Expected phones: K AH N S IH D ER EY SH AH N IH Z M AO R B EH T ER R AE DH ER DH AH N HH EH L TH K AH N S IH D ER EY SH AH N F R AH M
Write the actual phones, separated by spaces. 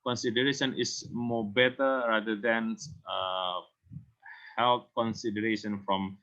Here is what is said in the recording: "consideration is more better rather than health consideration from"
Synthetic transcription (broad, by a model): K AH N S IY D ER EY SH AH N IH S M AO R B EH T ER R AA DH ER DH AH N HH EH L T K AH N S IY D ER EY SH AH N F R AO M